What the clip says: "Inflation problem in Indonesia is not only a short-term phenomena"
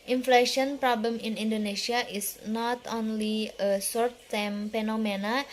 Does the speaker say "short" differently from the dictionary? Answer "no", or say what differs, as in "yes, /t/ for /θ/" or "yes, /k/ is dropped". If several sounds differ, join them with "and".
yes, /s/ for /ʃ/